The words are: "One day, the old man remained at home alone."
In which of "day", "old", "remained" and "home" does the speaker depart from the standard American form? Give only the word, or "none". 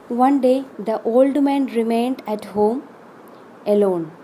none